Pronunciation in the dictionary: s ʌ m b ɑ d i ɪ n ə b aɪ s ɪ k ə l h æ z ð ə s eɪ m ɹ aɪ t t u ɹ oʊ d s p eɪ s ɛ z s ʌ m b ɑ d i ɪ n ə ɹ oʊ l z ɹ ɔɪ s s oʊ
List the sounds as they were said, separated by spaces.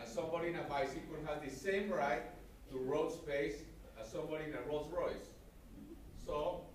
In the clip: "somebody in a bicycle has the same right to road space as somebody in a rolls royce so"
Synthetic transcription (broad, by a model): s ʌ m b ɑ d i ɪ n ə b aɪ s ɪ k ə n h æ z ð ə s eɪ m ɹ aɪ t t u ɹ oʊ d s p eɪ s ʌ s ʌ m b ɑ d i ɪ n ə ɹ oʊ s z ɹ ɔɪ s s oʊ